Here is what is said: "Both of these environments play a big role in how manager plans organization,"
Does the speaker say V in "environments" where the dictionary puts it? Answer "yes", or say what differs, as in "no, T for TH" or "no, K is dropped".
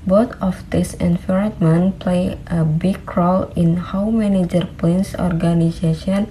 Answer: no, F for V